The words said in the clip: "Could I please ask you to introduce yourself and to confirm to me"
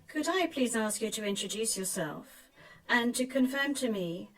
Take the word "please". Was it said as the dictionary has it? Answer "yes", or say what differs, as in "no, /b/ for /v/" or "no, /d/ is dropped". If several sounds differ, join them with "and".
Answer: yes